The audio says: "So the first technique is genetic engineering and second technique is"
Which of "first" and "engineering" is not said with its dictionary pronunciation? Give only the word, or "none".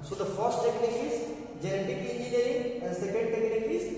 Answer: engineering